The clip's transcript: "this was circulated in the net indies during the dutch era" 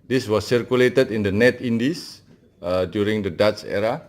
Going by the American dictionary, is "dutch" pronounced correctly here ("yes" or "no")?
no